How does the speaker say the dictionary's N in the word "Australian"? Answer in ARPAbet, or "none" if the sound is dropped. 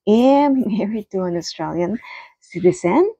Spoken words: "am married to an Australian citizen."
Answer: N